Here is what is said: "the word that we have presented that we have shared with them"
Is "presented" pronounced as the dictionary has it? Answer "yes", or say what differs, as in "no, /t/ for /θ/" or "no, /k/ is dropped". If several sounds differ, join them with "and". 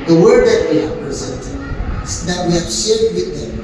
yes